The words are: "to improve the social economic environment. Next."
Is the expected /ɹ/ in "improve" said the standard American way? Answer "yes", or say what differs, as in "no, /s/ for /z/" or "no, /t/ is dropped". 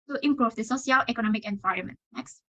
yes